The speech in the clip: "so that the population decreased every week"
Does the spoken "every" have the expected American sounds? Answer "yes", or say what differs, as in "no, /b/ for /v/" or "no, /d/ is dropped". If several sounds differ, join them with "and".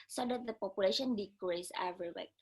no, /ɹ/ is dropped